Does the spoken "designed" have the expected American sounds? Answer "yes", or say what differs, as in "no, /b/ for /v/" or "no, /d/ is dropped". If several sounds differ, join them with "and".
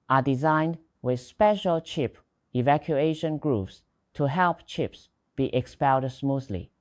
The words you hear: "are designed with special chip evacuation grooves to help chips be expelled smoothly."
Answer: yes